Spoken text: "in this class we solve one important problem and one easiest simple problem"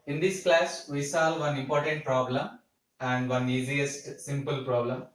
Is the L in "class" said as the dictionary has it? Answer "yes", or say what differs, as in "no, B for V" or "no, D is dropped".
yes